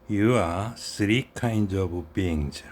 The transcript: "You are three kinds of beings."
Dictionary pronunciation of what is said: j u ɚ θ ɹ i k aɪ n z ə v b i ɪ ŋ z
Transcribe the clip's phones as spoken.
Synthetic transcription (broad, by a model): j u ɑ s ɹ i k aɪ n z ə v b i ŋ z